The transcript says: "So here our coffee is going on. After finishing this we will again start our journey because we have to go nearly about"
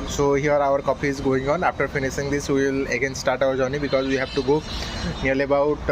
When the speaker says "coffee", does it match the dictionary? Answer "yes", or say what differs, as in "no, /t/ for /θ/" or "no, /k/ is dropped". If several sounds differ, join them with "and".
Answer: no, /p/ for /f/